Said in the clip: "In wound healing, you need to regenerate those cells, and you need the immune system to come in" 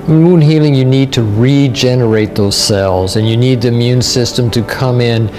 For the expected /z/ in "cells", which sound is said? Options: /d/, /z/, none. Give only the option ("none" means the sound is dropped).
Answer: /z/